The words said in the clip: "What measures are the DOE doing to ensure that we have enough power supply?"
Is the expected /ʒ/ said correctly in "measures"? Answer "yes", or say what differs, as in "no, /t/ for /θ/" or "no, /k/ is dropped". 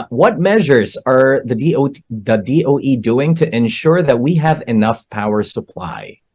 yes